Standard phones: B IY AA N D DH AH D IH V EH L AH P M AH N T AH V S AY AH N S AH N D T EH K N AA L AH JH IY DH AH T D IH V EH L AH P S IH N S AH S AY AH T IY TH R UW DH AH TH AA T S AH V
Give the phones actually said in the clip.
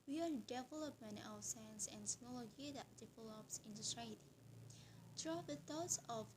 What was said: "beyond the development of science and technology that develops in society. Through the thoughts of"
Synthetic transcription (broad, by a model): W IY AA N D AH D IH V EH L AH P M AH N T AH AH S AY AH N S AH N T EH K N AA L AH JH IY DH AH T D IH V EH L AH P S IH N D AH S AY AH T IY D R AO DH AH T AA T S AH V